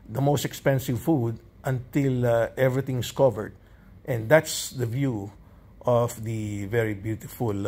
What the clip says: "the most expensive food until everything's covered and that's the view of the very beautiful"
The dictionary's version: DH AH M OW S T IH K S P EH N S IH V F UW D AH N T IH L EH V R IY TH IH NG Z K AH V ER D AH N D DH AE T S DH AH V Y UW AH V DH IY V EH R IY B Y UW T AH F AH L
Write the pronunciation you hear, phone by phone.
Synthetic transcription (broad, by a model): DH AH M OW S T IH K S P EH N S IH V F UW D AH N T IH L EH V R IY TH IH NG S K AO V ER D AH N D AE T S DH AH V Y UW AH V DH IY V EH R IY B Y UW T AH F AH L